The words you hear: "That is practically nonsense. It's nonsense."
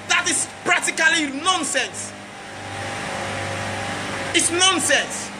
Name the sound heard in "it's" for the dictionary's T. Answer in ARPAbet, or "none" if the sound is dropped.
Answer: T